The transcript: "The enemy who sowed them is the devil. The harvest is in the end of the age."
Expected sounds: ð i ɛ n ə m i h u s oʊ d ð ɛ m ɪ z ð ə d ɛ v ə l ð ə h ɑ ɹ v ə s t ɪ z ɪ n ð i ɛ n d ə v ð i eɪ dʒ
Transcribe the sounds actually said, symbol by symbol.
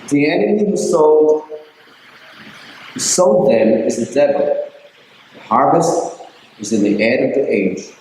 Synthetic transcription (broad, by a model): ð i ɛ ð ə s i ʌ s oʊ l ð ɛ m ɪ z ð ə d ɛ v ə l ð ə h ɑ ɹ v ə s t ɪ z ɪ n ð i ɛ d ə v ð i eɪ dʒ